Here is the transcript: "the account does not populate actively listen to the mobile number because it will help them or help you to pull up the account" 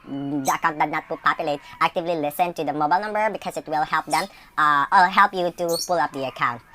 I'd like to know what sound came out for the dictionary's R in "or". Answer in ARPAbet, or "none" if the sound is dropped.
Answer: L